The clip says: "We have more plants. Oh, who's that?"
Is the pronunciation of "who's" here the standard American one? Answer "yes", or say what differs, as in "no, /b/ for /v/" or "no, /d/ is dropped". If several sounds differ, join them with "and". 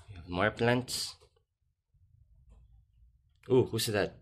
no, /s/ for /z/